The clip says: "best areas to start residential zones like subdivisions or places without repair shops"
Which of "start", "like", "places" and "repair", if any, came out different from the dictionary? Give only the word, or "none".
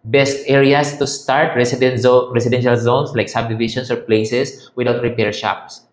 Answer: places